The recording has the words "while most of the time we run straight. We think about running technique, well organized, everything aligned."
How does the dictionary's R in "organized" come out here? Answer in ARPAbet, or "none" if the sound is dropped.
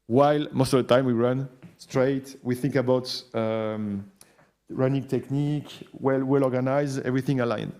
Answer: L